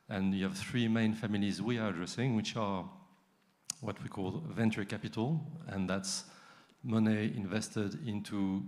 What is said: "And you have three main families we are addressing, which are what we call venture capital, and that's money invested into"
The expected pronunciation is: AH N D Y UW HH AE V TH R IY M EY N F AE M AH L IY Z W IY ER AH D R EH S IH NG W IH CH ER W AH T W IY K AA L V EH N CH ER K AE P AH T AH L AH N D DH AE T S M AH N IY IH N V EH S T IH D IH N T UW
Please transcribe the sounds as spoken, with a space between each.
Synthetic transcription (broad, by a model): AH N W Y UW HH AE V TH R IY M EY N F AE M AH L IY Z W IY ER AH D R EH S IH NG W IH CH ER W AH T W IY K AA L V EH N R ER K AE P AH T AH L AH N DH AE T S M AH N IY IH N V EH S T IH D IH N T UW